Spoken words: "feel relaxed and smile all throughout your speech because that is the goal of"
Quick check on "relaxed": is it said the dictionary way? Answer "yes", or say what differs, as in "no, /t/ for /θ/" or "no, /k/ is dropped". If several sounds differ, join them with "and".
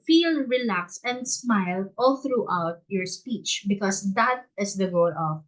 no, /t/ is dropped